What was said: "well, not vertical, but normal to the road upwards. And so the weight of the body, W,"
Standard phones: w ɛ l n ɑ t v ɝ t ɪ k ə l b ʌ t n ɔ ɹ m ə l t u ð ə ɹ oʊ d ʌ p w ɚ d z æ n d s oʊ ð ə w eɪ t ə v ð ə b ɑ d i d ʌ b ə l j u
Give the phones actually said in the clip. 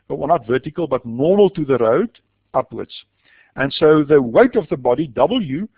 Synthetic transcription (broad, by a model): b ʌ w n ɑ t v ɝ t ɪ k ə l b ʌ t n ɔ ɹ m ə l t u ð ə ɹ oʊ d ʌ p w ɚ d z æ n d s oʊ ð ə w eɪ t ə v ð ə b ɑ d i d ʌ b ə l j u